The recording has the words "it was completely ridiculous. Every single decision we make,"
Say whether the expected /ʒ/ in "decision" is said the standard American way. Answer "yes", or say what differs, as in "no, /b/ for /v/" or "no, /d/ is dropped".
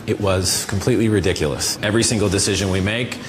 yes